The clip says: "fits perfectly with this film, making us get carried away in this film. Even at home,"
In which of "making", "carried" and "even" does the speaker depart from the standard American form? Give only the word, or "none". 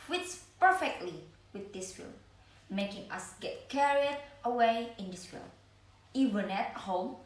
none